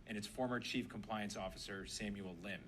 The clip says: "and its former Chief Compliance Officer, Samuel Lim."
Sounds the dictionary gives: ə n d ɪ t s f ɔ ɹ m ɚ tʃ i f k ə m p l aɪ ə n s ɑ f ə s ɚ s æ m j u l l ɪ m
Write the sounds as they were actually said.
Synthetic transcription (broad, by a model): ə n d ɪ t s f ɔ ɹ m ɚ tʃ i f k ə m p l aɪ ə n s ɑ f ə s ɚ s æ m j u l l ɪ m